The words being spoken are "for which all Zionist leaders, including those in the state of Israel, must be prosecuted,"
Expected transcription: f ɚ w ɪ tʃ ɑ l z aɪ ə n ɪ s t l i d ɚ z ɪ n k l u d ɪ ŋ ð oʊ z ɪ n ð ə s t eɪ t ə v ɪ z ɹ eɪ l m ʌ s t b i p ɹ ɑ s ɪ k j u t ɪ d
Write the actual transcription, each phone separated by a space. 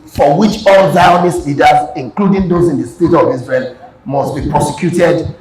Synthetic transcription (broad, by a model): f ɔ w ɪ tʃ ɑ l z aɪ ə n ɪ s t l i d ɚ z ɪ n k l u d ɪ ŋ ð oʊ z ɪ n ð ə s t eɪ t ə v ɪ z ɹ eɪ n m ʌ s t b i p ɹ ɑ s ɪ k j u t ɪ d